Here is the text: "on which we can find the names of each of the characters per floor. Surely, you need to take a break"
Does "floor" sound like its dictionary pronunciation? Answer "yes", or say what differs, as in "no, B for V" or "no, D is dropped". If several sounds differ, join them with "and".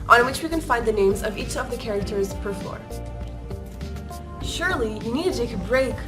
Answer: no, L is dropped